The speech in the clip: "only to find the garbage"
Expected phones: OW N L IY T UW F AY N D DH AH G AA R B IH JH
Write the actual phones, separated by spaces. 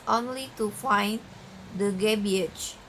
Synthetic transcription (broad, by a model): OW N L IY T UW F AY N D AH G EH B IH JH